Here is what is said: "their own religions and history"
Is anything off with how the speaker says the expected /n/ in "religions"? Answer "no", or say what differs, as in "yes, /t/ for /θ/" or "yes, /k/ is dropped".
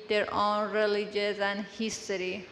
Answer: yes, /n/ is dropped